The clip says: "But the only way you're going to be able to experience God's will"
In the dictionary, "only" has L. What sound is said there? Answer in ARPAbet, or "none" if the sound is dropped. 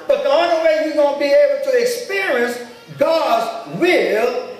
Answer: none